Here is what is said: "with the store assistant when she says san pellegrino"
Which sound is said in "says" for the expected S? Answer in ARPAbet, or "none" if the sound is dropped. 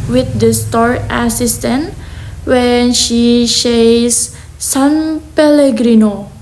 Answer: SH